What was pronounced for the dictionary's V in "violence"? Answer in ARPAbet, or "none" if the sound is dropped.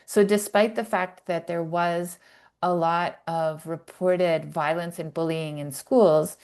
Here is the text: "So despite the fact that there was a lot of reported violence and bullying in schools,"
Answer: V